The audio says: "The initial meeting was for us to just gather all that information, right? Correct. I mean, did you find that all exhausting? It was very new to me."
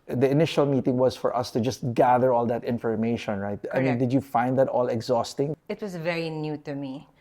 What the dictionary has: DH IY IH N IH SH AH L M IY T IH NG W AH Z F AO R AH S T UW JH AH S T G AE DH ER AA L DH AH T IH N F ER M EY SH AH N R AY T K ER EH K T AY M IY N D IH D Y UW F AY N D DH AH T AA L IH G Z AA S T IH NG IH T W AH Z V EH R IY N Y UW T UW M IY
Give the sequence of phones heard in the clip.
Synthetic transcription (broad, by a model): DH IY IH N IH SH AH L M IY T IH NG W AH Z F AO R AH S T UW JH AH S T G AE DH ER AA L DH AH T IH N F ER M EY SH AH N R AY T T AY M IY N D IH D Y UW F AY N D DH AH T AA L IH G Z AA S T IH NG IH T W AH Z V EH R IY N Y UW T UW M IY